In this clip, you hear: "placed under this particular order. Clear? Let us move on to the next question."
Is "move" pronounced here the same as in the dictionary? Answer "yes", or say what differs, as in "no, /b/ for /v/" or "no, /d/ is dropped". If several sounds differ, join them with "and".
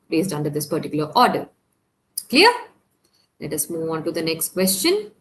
yes